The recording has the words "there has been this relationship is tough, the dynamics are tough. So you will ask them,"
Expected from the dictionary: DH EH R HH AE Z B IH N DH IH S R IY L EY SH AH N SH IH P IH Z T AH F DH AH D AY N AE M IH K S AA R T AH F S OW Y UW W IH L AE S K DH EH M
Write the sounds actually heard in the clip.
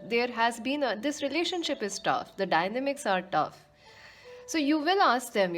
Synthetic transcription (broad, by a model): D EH R HH AE Z B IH N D IH S R IY L EY SH AH N SH IH P IH Z T AH F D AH D AY N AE M IH K S AA R T AH F S OW Y UW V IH L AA S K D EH M